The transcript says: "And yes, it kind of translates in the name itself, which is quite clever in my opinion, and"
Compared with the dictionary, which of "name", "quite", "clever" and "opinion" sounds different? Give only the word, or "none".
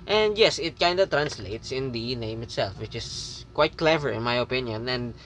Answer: none